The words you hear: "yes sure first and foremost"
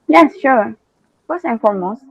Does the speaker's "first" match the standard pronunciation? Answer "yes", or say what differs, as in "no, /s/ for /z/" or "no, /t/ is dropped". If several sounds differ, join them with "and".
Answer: no, /t/ is dropped